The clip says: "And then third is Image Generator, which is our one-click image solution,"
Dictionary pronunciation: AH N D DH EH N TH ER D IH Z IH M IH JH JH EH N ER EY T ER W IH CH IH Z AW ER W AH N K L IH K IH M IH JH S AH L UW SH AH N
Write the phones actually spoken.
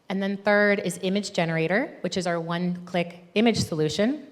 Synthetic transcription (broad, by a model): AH N DH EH N TH ER D IH Z IH M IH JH JH EH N ER EY T ER W IH CH IH Z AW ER W AH N K L IH K IH M IH JH S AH L UW SH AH N